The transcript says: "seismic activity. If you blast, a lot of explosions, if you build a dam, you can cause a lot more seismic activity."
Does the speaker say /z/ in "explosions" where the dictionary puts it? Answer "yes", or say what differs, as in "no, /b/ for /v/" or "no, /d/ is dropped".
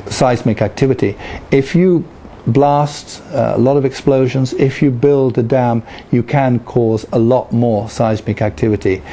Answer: yes